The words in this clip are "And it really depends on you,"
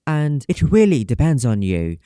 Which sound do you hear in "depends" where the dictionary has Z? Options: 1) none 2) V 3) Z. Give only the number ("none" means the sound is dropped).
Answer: 3